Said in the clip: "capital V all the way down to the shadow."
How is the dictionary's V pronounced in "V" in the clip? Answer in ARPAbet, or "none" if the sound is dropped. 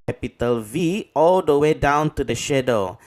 V